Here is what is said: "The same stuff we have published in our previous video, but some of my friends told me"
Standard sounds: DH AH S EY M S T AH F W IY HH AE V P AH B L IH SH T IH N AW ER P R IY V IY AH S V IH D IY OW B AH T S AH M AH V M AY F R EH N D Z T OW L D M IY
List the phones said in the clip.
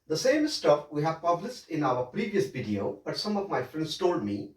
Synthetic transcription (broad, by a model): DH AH S EY M S T AH F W IY HH AE V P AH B L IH S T IH N AW ER P R IY V IY AH S V IH D IY OW B AH T S AH M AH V M AY F R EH N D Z T OW L D M IY